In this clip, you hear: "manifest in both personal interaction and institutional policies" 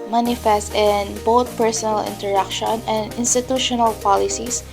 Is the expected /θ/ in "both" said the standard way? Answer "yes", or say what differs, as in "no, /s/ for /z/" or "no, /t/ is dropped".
no, /t/ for /θ/